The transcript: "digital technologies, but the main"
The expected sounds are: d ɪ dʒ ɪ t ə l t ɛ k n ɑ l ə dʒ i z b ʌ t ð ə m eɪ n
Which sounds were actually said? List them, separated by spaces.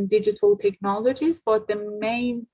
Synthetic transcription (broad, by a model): d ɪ dʒ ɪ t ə l t ɛ k n ɑ l ə dʒ i z b ʌ t ð ə m eɪ n